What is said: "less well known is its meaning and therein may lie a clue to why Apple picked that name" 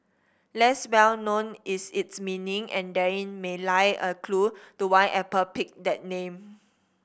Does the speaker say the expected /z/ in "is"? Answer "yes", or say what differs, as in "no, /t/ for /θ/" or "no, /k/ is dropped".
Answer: no, /s/ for /z/